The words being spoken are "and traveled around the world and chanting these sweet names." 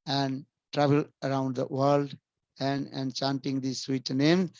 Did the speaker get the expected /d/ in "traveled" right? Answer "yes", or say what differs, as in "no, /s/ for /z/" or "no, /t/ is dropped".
no, /d/ is dropped